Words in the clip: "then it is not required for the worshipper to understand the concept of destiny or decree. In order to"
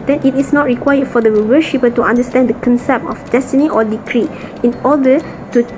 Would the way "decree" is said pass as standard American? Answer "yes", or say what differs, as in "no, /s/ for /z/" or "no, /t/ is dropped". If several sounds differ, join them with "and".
yes